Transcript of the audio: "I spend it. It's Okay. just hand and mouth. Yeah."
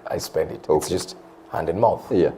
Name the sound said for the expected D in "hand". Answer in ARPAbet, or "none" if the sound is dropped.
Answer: D